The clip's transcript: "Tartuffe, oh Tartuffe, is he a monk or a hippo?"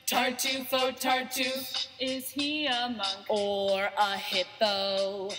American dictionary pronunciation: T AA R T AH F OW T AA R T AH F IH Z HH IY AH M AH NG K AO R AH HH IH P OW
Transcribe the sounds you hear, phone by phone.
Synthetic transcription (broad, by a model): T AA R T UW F OW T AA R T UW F IH Z HH IY AH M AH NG AO R AH HH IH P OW